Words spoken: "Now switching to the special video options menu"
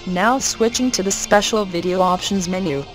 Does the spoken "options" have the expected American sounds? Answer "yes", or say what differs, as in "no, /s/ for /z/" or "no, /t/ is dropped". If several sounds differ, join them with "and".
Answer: yes